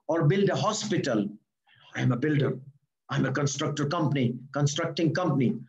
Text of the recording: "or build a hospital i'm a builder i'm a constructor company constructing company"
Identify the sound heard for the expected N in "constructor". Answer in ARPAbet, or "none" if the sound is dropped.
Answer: N